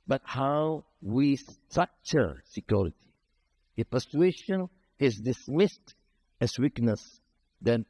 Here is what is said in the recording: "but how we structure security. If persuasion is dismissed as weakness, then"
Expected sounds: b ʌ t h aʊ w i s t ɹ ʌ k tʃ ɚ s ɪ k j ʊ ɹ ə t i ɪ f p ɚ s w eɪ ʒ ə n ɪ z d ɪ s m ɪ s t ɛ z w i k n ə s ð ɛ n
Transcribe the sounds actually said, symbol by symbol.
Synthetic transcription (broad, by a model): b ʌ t h aʊ w i s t ʌ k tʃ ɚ s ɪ k j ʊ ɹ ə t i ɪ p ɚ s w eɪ ʃ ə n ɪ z d ɪ s m ɪ s t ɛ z w i k n ə s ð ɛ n